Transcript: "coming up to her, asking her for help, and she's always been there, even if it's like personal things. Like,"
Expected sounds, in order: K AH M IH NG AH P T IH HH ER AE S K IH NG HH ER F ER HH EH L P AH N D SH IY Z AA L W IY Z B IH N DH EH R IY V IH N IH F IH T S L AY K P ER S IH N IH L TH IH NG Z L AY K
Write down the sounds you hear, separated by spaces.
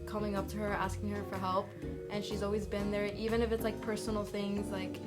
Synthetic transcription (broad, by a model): K AH M IH NG AH P T IH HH ER AE S K IH NG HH ER F ER HH EH L P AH N SH IY Z AA L W IY Z B IH N DH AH R IY V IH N IH F IH T S L AY K P ER S N L TH IH NG Z L AY K